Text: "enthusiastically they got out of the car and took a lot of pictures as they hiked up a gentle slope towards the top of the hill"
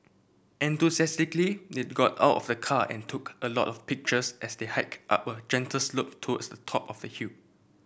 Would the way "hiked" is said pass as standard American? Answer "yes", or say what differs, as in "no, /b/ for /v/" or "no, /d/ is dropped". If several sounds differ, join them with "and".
yes